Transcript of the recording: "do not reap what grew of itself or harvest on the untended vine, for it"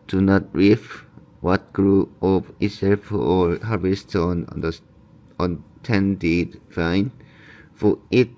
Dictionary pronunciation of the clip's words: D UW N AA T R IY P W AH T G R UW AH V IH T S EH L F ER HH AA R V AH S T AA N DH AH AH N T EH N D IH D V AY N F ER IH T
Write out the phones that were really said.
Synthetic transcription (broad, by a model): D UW N AA T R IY F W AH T G R UW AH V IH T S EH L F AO HH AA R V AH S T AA N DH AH AH N T EH N D IH D F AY N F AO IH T